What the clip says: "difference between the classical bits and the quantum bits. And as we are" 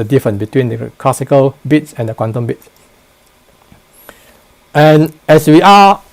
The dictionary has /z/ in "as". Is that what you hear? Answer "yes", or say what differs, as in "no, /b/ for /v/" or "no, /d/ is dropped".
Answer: no, /s/ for /z/